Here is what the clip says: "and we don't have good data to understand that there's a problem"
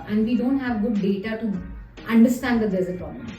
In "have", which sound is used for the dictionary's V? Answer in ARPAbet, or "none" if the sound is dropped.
V